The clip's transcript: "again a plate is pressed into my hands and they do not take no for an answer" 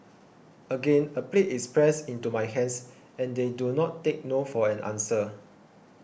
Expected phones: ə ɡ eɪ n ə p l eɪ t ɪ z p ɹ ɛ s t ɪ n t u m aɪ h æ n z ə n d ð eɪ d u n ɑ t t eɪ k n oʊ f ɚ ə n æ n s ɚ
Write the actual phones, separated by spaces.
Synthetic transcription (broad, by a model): ə ɡ eɪ n ə p l eɪ t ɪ s p ɹ ɛ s ɪ n t u m aɪ h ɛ n s ə n d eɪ d u n ɑ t t eɪ k n oʊ f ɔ ə n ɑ n s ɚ